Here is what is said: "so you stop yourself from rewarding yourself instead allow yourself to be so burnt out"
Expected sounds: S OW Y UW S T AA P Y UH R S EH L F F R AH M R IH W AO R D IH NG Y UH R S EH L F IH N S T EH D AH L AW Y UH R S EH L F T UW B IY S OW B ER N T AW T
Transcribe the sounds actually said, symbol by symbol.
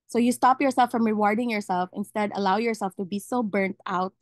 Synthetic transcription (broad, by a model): S OW Y UW S T AA P Y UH R S EH L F F R AH M R IH W AO R D IH NG Y UH R S EH L F IH N S T EH D AH L AW Y UH R S EH L F T UW B IY S OW B ER N T AW T